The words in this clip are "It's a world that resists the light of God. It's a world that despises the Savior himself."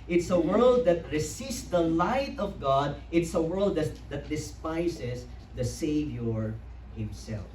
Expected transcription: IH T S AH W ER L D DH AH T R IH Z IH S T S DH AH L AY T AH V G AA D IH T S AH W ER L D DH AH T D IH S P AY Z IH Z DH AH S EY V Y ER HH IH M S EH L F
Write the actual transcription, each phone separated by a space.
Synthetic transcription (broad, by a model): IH T S AH W ER L D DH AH T R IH S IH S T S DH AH L AY T AH V G AA D IH T S AH W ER L D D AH T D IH S P AY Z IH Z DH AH S EY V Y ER HH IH M S EH L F